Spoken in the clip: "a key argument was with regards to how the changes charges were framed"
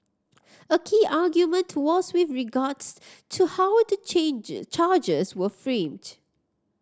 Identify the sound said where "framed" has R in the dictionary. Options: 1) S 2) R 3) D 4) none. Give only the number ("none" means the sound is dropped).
2